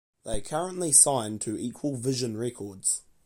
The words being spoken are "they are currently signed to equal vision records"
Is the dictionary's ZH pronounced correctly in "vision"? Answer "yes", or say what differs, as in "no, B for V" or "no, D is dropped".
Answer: yes